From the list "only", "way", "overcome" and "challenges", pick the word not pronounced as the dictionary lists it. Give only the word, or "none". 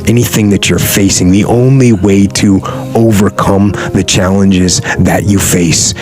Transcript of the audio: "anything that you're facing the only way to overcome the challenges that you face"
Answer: none